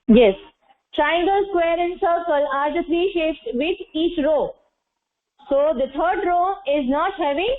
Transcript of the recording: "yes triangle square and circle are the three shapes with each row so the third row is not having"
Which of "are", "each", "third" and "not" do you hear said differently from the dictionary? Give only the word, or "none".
third